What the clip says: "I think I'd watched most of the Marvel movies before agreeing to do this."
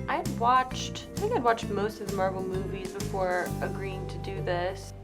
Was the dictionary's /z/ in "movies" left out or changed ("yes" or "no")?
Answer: no